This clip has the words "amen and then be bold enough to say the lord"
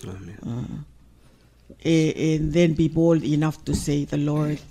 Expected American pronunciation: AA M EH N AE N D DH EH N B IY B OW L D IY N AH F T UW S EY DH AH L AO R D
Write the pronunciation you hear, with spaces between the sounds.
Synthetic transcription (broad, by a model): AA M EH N N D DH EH N B IY B OW L D IY N AH F T UW S EY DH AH L AO R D